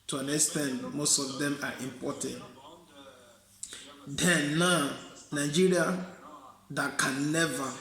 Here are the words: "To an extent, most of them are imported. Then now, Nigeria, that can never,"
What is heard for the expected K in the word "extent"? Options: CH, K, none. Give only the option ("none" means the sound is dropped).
none